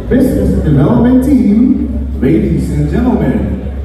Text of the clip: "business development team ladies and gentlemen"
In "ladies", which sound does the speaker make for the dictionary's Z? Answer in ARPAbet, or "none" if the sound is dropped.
S